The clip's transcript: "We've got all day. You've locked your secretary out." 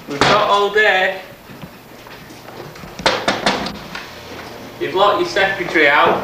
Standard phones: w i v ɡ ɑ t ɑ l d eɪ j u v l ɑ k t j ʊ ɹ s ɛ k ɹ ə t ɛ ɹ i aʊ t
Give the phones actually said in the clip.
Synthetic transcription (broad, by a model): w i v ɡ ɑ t ɑ l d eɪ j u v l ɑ t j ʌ s ɛ k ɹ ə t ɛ ɹ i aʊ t